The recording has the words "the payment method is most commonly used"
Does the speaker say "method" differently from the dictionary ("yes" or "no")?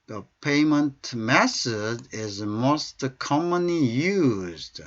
yes